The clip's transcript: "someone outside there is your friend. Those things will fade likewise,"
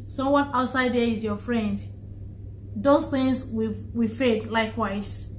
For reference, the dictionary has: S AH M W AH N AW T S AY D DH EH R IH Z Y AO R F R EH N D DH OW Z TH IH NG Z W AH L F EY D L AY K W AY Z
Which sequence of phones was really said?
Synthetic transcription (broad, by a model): S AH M W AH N AW T S AY D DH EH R IH Z Y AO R F R EH N D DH OW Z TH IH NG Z W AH W F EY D L AY K W AY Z